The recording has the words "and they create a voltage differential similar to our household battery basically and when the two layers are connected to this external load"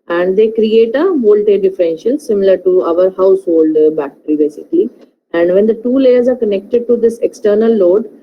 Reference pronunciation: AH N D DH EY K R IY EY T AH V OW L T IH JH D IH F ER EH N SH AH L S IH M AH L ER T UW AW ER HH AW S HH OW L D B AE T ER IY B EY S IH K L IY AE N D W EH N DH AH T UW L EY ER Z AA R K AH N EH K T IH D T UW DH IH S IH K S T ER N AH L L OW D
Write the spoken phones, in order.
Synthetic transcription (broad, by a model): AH N D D EY K R IY EY T AH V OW L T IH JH D IH F ER EH N SH AH L S IH M AH L ER T UW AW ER HH AW S HH OW L D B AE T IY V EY S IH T IY AE N D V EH N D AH T UW L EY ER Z AA R K AH N EH K T IH D T UW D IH S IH K S T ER N AH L L OW D